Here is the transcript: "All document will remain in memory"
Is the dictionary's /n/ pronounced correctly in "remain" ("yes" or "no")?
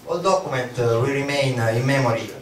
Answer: yes